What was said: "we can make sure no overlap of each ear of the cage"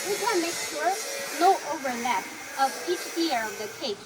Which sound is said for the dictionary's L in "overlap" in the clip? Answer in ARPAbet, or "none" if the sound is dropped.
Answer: N